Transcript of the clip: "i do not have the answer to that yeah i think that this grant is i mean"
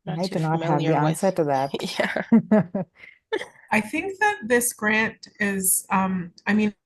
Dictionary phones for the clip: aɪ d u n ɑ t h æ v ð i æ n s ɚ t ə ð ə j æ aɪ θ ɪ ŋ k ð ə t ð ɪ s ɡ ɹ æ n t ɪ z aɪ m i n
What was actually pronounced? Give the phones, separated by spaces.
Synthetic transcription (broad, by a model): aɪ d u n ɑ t h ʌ v ð i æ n s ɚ t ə ð ə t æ aɪ θ ɪ ŋ k ð ə t ð ɪ s ɡ ɹ æ n t ɪ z aɪ m i n